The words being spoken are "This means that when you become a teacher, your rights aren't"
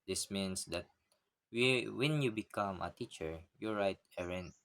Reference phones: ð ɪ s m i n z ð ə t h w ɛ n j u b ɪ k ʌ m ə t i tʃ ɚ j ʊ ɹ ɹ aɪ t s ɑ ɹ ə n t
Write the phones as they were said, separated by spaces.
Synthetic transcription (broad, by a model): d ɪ s m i n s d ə t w w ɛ n j u b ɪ k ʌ m ə t i tʃ ɚ j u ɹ ɹ aɪ t ɛ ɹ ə n